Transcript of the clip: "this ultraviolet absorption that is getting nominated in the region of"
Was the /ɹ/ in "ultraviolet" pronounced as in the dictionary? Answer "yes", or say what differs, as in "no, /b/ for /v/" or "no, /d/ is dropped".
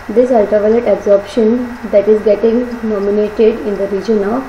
no, /ɹ/ is dropped